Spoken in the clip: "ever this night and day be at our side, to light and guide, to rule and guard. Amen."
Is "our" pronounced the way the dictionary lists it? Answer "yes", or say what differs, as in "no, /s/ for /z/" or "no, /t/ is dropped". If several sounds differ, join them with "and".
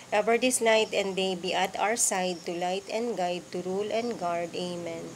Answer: no, /w/ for /ɹ/